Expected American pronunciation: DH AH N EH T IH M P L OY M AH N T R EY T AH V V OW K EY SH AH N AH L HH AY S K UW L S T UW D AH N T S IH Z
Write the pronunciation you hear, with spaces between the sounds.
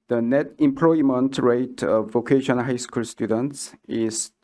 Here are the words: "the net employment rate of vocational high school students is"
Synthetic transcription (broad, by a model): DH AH N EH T IH M P L OY M AH N T R EY T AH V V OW K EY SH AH N HH AY S K UW L S T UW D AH N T S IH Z